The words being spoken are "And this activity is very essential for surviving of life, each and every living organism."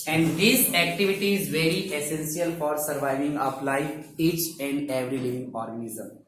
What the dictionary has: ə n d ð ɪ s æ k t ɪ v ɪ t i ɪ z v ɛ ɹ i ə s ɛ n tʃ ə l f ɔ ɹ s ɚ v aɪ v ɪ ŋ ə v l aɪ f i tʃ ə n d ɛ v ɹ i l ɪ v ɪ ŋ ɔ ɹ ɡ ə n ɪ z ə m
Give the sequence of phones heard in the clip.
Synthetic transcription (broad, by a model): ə n d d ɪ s æ k t ɪ v ɪ t i ɪ z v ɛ ɹ i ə s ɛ n s ə l f ɔ ɹ s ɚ v aɪ v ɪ ŋ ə p l aɪ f i tʃ ə n d ɛ v ɹ i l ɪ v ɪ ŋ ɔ ɹ ɡ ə n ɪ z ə m